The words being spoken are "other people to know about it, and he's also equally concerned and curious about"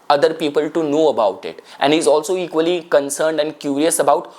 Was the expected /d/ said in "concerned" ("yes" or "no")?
yes